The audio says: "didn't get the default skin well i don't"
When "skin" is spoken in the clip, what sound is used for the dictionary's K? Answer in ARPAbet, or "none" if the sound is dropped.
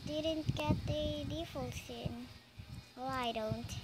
none